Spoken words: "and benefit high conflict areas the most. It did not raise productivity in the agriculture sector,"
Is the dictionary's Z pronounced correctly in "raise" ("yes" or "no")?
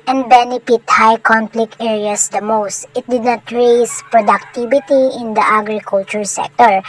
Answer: no